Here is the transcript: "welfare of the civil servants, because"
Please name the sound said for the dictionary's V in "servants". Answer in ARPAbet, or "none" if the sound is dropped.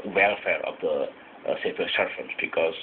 F